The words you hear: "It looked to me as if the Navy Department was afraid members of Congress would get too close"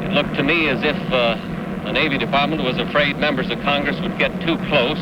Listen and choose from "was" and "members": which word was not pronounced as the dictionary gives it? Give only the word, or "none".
none